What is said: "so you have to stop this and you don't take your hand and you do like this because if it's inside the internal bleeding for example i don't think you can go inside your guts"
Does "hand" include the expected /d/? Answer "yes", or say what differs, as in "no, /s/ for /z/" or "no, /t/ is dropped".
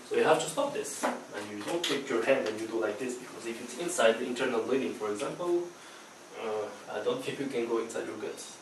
yes